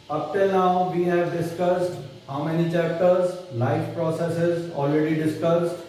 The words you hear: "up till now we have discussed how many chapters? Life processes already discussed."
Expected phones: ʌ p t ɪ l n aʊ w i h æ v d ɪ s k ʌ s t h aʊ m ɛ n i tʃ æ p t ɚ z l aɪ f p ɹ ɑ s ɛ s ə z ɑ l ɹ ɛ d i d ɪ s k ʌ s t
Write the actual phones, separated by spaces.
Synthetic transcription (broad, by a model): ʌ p t ɪ l n aʊ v i h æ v d ɪ s k ʌ s t h aʊ m ɛ n i tʃ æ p t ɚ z l aɪ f p ɹ ɑ s ɛ s ə z ɑ l ɹ ɛ d i d ɪ s k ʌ s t